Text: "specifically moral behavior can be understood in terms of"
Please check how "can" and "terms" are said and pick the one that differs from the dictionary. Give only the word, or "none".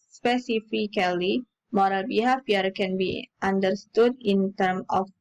terms